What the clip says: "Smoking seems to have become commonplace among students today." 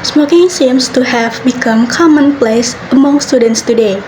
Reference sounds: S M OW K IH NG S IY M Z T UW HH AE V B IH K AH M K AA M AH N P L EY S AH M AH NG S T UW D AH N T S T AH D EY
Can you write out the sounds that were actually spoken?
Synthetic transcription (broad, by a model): S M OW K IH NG S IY M S T UW HH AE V B IH K AH M K AA M AH N P L EY S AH M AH NG S T UW D AH N T S T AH D EY